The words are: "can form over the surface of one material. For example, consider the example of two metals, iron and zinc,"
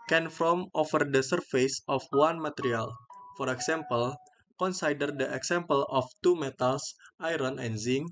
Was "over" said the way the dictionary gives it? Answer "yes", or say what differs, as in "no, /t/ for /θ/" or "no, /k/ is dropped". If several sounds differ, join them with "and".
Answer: no, /f/ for /v/